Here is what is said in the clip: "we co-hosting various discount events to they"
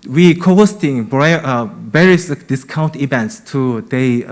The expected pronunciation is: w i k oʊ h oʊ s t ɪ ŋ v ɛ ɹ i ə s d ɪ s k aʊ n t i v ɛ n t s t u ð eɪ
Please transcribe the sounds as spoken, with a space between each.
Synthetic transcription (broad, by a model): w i k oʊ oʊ s t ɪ ŋ b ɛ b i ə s d ɪ s k aʊ n t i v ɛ n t s t u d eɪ